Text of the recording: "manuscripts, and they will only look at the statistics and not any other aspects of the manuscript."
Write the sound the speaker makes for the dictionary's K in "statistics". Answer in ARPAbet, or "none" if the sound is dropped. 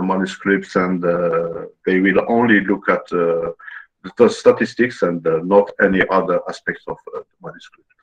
K